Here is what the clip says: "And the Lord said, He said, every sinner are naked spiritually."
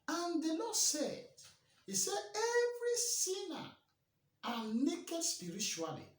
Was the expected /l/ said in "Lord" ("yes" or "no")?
no